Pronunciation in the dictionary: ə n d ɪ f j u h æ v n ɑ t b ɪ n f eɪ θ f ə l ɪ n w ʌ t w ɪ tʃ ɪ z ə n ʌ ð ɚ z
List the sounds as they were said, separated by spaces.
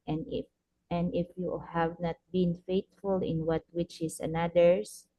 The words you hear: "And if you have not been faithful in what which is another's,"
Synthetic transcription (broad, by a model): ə n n ɪ f j u h æ v n ɑ t b ɪ n f eɪ t f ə l ɪ n w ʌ t w ɪ tʃ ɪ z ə n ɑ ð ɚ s